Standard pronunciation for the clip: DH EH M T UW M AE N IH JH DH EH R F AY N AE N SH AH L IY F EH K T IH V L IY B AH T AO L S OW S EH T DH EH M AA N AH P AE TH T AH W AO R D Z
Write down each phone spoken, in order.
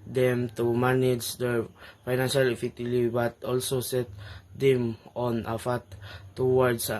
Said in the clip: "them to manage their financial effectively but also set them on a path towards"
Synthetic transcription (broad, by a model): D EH M T UW M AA N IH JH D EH R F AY N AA N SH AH L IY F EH T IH L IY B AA T AO L S OW S EH T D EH M AA N AH F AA T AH W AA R D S